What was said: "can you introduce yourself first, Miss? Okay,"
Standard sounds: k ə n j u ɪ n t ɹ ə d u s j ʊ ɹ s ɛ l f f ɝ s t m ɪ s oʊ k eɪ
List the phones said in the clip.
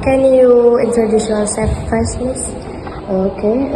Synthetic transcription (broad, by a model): k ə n j u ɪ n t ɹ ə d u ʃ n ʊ l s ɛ f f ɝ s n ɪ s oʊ k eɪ